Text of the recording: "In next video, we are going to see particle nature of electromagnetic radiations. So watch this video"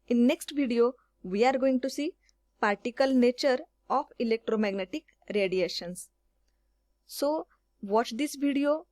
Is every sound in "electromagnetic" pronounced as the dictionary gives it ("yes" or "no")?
yes